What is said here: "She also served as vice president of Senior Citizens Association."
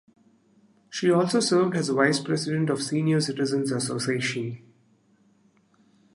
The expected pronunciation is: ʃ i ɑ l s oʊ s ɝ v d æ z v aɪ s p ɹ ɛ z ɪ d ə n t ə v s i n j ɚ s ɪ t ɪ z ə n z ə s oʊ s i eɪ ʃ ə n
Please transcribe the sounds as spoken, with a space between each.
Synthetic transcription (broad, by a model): ʃ i ɑ l s oʊ s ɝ v d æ z v aɪ s p ɹ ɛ s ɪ d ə n t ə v s i n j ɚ s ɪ t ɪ z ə n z ə s oʊ s i eɪ ʃ ə n